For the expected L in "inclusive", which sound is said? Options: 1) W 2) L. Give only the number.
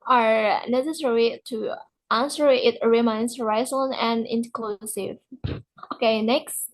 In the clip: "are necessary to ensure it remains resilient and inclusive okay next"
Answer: 2